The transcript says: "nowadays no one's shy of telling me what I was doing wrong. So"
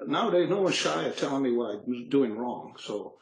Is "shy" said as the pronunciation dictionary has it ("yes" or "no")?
yes